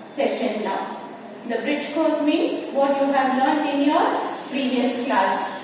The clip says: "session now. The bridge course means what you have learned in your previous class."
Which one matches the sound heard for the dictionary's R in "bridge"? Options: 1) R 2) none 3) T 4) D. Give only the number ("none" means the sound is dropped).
1